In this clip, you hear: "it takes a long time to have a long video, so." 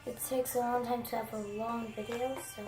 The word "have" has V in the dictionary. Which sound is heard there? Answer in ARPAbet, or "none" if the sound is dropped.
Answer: F